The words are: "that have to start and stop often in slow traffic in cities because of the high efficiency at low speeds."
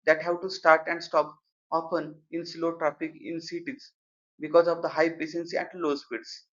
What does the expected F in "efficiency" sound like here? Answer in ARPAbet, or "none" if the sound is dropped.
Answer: P